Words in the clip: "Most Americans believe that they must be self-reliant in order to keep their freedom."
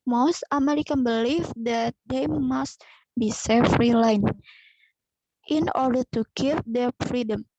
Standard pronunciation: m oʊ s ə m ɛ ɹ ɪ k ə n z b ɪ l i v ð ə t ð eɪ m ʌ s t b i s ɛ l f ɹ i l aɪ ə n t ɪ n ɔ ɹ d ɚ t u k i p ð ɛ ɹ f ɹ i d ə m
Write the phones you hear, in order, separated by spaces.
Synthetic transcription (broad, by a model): m oʊ s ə m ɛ ɹ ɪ k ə n b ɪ l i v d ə t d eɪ m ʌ s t b i s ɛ f ɹ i l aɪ n t ɪ n ɔ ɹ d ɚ t u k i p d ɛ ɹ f ɹ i d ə m